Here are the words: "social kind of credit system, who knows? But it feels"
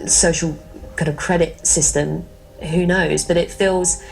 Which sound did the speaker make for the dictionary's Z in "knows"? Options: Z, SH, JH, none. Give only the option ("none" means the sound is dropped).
Z